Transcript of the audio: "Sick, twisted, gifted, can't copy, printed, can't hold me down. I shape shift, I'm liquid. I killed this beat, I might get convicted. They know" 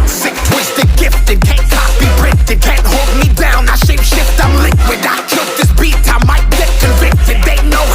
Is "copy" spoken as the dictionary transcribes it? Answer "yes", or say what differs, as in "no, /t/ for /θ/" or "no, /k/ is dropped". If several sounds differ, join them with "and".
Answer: no, /b/ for /p/